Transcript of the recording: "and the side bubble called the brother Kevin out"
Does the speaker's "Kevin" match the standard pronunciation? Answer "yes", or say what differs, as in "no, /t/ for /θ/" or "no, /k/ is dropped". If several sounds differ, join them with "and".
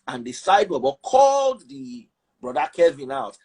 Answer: yes